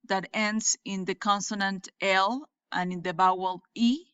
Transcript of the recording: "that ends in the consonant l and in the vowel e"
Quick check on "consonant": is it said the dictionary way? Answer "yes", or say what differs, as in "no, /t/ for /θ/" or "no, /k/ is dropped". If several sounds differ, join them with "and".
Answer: yes